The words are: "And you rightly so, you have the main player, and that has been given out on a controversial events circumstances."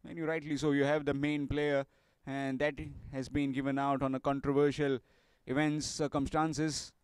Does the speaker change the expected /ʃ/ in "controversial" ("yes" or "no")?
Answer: no